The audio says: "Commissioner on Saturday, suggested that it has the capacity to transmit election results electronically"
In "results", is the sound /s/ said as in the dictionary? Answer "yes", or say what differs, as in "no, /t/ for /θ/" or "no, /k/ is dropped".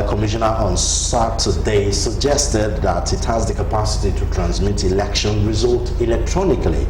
no, /s/ is dropped